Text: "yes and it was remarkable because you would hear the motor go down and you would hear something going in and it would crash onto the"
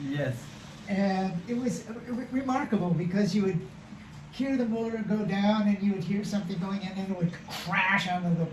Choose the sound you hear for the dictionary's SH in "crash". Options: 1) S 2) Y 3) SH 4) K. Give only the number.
3